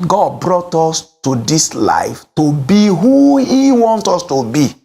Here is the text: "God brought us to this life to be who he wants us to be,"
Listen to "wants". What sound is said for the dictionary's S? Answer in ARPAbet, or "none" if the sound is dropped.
none